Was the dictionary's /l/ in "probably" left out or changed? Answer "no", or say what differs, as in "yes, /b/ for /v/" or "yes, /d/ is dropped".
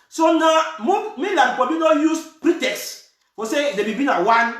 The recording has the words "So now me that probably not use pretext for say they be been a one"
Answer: yes, /l/ is dropped